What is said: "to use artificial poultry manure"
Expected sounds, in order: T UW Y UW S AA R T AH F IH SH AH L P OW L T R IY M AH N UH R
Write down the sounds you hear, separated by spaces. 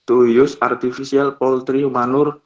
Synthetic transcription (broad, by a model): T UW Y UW S AA R T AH F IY S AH L P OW L T R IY M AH N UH R